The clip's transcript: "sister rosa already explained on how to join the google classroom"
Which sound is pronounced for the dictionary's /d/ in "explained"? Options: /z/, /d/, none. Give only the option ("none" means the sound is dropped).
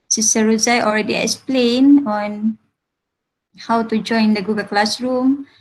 none